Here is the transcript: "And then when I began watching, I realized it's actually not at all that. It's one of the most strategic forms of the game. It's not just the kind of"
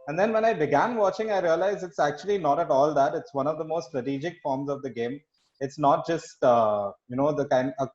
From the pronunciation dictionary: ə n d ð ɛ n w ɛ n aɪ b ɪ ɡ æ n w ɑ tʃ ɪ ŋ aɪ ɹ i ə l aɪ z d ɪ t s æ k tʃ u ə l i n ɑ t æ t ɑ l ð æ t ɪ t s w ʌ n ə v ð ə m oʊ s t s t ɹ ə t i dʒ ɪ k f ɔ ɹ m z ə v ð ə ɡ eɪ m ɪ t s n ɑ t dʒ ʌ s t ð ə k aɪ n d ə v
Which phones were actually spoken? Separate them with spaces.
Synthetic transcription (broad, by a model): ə n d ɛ n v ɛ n aɪ b ɪ ɡ æ n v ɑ tʃ ɪ ŋ aɪ ɹ i ə l aɪ z ɪ t s æ k tʃ u ə l i n ɑ t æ t ɑ l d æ t ɪ t s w ʌ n ə v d ə m oʊ s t s t ɹ ə t i dʒ ɪ k f ɔ ɹ m z ə v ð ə ɡ eɪ m ɪ t s n ɑ t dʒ ʌ s t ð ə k aɪ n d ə